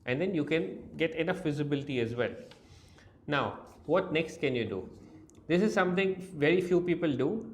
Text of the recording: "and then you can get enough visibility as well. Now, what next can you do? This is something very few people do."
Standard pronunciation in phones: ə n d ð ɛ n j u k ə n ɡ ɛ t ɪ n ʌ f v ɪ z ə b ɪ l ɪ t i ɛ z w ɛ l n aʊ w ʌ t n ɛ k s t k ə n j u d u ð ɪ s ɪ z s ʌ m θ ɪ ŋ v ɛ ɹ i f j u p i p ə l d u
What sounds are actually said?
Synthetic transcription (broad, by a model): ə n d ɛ n j u k ə n ɡ ɛ t ɪ n ʌ f v ɪ z ə b ɪ l ɪ t i ɛ z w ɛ l n aʊ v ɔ t n ɛ k s t k ə n j u d u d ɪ s ɪ z s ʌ m t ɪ ŋ v ɛ ɹ i f j u p i p ə l d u